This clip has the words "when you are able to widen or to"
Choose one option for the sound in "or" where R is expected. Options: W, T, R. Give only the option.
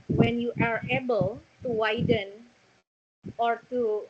R